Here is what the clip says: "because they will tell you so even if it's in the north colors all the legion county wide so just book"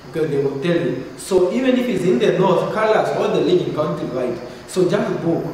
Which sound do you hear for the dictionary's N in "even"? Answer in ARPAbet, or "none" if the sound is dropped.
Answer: N